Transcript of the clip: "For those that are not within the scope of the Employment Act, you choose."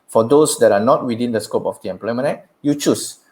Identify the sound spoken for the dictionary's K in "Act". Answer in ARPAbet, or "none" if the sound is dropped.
none